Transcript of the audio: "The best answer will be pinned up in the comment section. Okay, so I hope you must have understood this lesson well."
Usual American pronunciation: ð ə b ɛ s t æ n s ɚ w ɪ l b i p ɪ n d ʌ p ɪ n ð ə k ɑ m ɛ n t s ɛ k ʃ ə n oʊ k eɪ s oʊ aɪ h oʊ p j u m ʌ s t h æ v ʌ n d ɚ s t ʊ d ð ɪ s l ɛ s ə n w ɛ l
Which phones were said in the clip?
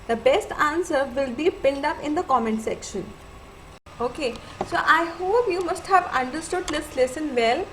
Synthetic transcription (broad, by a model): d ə b ɛ s t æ n s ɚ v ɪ l b i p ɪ l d ʌ p ɪ n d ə k ɑ m ɛ n t s ɛ k ʃ ə n oʊ k eɪ s oʊ aɪ h oʊ p j u m ʌ s t h æ v ʌ n d ɚ s t ʊ d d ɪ s l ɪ s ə n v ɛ l